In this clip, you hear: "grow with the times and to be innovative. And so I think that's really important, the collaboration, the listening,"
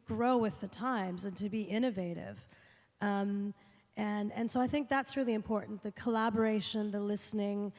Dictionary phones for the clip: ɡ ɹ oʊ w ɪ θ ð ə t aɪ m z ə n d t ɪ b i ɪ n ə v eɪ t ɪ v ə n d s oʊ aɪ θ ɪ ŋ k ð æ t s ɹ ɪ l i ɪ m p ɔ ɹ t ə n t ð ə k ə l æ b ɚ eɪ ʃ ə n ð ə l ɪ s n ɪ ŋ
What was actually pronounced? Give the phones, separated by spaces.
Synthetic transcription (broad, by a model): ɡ ɹ oʊ w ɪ ð ə t aɪ m z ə n t ɪ b i ɪ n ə v eɪ t ɪ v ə n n s oʊ aɪ θ ɪ ŋ k ð æ t s ɹ ɪ l i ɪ m p ɔ ɹ t n ð ə k ə l æ b ɚ eɪ ʃ ə n ð ə l ɪ s n ɪ ŋ